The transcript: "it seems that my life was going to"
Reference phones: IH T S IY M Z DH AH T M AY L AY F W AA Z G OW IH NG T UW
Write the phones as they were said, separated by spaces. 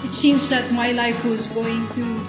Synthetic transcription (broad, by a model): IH T S IY M Z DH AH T M AY L AY F W AA Z G OW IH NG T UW